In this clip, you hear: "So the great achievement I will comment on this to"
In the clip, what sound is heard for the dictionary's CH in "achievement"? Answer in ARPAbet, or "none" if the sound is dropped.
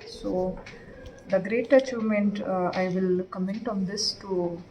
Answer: CH